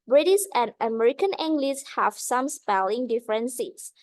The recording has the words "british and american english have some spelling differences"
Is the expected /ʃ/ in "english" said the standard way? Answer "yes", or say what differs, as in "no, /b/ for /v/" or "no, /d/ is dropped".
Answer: no, /s/ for /ʃ/